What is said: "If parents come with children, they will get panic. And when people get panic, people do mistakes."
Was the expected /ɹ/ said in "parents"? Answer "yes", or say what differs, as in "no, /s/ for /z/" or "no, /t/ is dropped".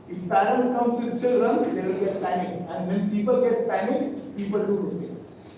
no, /l/ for /ɹ/